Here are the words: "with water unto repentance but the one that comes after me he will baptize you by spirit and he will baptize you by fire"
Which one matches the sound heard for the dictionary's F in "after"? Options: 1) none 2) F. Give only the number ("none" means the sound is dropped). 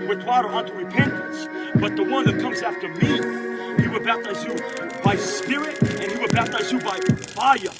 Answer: 2